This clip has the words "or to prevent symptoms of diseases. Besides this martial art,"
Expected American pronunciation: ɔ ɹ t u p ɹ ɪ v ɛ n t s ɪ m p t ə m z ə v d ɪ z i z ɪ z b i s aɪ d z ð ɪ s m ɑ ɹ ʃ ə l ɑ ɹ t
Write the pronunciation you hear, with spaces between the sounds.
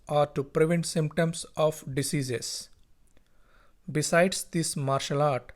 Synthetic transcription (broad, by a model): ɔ ɹ t u p ɹ ɪ v ɛ n t s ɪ m p t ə m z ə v d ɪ s i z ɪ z b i s aɪ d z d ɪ s m ɑ ɹ ʃ ə l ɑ ɹ t